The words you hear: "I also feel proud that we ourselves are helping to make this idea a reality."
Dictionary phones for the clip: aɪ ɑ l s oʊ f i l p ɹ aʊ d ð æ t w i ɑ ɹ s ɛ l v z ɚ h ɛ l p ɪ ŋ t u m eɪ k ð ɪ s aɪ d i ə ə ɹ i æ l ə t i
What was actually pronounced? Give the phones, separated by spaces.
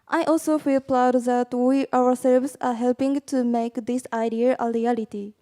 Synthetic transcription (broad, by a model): aɪ ɑ l s oʊ f i l p l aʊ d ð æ t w i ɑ w s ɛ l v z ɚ h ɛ l p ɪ ŋ t u m eɪ k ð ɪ s aɪ d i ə ə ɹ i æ l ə t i